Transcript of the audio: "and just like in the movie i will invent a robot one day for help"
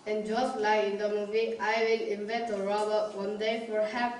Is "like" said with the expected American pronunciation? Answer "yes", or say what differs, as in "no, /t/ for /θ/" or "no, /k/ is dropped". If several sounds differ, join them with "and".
no, /k/ is dropped